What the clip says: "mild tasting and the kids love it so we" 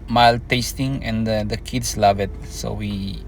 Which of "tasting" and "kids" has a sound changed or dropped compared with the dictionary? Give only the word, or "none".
kids